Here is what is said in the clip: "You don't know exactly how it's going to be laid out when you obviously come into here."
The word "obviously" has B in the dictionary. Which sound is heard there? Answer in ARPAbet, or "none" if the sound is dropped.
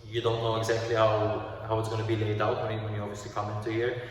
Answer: none